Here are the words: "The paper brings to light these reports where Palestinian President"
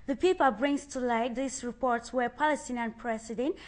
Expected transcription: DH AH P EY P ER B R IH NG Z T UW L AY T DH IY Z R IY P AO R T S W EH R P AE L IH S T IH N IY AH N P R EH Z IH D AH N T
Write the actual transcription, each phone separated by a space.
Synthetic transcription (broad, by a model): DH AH P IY P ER B R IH NG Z T UW L AY T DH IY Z R IY P AO R T S W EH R P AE L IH S T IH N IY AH N P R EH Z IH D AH N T